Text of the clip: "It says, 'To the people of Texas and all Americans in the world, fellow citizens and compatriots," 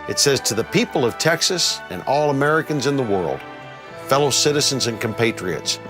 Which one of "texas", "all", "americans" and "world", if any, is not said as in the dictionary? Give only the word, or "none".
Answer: none